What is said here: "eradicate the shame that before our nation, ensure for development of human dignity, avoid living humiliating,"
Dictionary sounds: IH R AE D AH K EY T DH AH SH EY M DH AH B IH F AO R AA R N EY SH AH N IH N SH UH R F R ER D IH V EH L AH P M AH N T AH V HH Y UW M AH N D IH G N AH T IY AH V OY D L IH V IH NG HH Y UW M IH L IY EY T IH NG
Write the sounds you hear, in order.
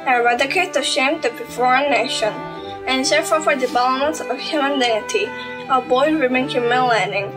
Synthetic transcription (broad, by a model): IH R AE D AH K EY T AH SH EY M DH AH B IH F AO R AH N EY SH AH N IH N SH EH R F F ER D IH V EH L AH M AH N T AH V HH Y UW M AH N D IH G N AH T IY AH B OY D W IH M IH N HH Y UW M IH L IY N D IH NG